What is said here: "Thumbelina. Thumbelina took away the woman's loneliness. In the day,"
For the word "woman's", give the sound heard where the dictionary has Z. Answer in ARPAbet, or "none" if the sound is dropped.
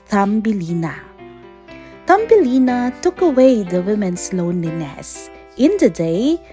S